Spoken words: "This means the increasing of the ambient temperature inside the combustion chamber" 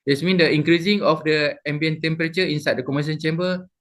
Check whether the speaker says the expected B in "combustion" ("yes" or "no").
no